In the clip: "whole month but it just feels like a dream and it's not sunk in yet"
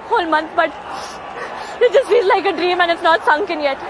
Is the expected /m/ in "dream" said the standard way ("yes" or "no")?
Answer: yes